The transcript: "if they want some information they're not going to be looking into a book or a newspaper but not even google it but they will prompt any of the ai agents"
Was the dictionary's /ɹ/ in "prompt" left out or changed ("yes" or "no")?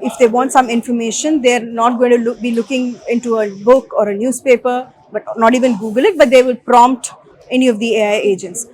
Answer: no